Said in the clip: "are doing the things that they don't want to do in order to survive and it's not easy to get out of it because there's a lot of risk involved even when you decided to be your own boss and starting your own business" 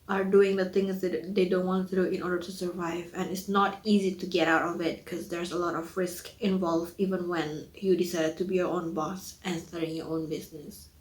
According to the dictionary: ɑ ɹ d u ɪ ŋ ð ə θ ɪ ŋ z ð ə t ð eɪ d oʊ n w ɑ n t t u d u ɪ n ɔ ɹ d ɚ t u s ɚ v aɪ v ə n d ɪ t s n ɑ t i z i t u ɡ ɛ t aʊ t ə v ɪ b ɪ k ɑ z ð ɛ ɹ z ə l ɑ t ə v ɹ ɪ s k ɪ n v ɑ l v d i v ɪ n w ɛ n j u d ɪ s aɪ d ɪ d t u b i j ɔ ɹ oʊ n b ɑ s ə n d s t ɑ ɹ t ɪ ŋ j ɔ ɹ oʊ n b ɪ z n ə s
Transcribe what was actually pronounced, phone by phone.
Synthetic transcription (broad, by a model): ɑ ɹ d u ɪ ŋ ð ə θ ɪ ŋ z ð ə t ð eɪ d oʊ n w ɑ n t t u d u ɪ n ɔ ɹ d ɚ t u s ɚ v aɪ v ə n ɪ t s n ɑ t i z i t u ɡ ɛ t aʊ t ə v ɪ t k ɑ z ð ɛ ɹ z ə l ɑ t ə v ɹ ɪ s k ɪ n v ɑ l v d i v ɪ n w ɛ n j u d ɪ s aɪ d ɪ d t u b i j ɔ ɹ oʊ n b ɑ s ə n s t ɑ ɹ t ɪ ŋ j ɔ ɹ oʊ n b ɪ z n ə s